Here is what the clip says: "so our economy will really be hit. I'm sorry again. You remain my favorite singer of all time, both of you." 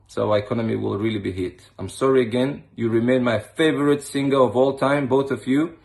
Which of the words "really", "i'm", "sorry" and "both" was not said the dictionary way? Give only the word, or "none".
none